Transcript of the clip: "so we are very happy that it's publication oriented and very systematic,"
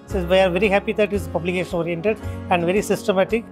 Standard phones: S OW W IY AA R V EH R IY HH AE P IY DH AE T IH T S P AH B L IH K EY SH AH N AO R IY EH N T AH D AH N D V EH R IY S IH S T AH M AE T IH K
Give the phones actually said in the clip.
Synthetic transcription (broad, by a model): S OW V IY AA R V EH R IY HH AE P IY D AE T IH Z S P AH B L IH K EY SH AH N AO R IY EH N T AH D AH N D V EH R IY S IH S T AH M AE T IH K